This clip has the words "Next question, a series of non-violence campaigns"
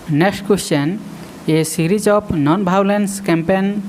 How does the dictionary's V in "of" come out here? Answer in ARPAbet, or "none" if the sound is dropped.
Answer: P